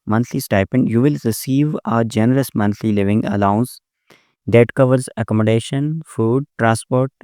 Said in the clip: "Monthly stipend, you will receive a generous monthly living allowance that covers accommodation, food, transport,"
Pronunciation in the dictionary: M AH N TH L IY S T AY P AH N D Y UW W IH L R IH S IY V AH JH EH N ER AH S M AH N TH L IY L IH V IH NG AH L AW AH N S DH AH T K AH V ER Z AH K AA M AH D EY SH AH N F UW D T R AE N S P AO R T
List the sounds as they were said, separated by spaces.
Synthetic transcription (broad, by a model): M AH N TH L IY S T AY P AH N D Y UW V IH L R IH S IY V AH JH EH N ER AH S M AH N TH L IY L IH V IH NG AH L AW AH N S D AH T K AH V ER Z AH K AA M AH D EY SH AH N F UW D T R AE N S P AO R T